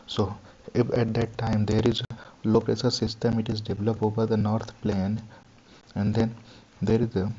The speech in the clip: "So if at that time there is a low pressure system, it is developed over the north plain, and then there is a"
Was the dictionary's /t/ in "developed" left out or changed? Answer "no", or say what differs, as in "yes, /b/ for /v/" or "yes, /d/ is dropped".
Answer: yes, /t/ is dropped